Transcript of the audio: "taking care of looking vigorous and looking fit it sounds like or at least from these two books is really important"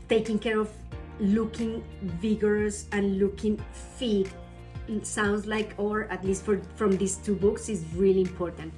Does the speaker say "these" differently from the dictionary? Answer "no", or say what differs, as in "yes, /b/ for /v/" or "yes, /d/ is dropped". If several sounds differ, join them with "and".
yes, /s/ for /z/